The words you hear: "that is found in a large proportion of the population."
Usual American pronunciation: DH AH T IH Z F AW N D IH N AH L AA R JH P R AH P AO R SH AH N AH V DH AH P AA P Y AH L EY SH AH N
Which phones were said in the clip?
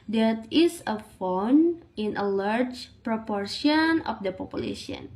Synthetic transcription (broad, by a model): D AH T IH S F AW N IH N AH L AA R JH P R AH P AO R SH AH N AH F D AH P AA P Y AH L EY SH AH N